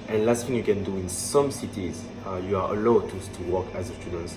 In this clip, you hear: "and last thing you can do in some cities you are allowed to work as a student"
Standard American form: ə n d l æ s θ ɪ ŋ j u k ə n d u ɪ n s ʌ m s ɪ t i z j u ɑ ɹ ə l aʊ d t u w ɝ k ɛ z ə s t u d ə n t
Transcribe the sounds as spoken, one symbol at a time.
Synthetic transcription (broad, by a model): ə n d l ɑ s f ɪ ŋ j u k ə n d u ɪ n s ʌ m s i t i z j u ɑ l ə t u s t u w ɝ k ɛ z ə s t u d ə n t